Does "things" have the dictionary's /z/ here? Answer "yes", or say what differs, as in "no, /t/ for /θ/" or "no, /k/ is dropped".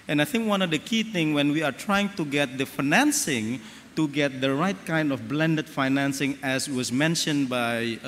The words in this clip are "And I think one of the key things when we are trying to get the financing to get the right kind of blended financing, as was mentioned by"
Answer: no, /z/ is dropped